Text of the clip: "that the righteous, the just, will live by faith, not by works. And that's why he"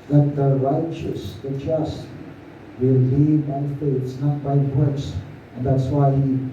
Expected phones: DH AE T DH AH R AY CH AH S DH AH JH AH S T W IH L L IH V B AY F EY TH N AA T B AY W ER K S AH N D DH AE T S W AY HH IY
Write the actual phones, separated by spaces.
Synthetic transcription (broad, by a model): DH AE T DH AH R AY CH AH S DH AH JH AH S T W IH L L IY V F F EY S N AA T B AY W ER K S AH N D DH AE T S W AY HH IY